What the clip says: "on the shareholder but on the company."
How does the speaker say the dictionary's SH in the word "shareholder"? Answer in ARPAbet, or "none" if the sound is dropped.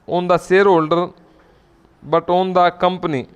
S